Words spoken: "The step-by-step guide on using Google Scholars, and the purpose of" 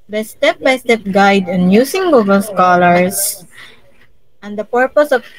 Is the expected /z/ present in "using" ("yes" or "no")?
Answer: no